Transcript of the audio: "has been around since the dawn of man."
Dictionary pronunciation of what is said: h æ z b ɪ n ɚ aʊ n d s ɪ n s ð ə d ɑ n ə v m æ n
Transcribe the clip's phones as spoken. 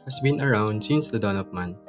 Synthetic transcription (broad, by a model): h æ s b ɪ n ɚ aʊ n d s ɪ n s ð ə d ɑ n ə p m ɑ n